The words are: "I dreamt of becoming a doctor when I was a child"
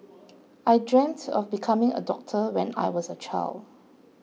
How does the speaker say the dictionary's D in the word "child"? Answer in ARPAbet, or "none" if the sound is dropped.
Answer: D